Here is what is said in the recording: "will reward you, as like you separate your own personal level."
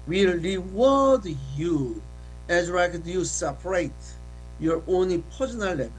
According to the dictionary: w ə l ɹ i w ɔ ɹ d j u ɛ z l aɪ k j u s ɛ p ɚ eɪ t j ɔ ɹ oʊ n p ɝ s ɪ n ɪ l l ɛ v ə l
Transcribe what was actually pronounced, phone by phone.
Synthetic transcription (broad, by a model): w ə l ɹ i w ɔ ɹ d j u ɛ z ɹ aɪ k j u s ɛ p ɚ eɪ t j ɔ ɹ oʊ n p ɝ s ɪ n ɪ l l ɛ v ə